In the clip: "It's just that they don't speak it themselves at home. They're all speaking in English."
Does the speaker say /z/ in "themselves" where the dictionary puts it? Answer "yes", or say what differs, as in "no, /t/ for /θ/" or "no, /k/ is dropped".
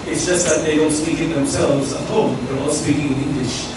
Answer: yes